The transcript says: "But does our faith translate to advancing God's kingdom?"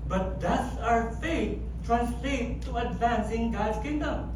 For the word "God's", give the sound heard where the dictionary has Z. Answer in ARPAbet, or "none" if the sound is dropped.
none